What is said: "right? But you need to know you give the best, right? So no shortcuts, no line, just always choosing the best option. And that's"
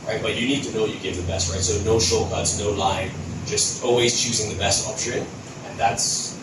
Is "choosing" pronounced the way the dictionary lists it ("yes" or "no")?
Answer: yes